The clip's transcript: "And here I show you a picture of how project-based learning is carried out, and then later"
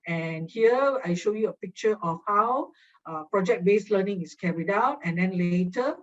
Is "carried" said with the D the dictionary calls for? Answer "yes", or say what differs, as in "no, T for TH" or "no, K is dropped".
yes